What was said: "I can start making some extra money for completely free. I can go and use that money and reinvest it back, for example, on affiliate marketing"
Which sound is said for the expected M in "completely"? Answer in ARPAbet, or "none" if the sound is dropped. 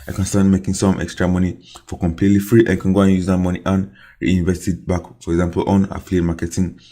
M